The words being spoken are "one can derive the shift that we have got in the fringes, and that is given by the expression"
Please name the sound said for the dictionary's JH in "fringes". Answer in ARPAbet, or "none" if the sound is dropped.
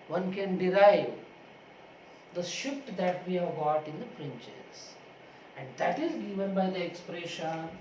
CH